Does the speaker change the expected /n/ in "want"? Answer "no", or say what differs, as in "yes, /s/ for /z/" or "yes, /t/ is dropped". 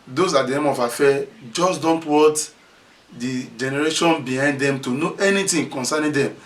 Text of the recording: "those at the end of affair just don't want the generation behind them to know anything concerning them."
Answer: yes, /n/ is dropped